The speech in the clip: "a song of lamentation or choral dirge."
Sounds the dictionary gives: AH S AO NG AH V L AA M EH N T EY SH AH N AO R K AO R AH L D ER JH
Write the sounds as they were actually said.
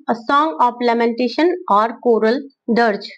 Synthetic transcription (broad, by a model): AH S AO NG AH P L AA M EH N T EY SH AH N AO R K AO R AH L D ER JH